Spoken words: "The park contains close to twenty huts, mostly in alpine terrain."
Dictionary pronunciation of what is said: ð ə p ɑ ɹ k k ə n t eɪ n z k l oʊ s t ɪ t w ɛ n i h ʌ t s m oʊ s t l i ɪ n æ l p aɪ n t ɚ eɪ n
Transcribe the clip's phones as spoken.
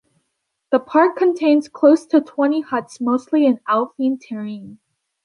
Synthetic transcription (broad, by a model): ð ə p ɑ ɹ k k ə n t eɪ n z k l oʊ s t ɪ t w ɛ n i h ʌ t s m oʊ s t l i ɪ n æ l f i n t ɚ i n